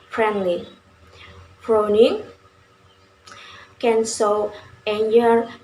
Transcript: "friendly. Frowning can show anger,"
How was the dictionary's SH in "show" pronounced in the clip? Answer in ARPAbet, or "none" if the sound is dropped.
S